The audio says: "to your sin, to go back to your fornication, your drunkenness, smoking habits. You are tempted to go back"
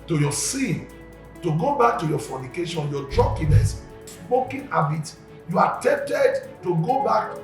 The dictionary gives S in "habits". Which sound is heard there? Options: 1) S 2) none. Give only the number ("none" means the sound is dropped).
2